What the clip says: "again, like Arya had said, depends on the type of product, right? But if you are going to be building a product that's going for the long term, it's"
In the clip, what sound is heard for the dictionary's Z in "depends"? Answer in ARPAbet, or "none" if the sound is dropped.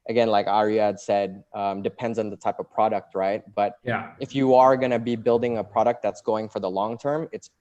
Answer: Z